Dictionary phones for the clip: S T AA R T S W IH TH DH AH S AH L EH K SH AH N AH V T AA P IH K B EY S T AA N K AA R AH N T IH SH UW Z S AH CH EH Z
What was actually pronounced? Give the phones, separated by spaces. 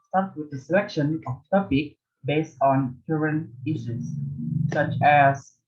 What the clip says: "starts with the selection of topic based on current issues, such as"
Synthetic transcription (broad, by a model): S T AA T W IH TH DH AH S AH L EH K SH AH N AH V T AA P IH K B EY S T AA N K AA R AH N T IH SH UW S AH CH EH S